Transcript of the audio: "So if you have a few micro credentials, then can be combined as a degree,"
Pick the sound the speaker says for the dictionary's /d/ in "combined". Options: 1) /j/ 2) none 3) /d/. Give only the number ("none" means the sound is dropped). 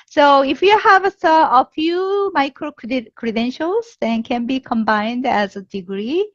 3